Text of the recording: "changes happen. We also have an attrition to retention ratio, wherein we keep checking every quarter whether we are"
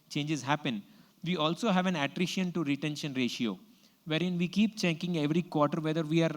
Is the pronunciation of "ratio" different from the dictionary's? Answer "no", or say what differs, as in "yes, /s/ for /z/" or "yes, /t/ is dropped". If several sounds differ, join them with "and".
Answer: no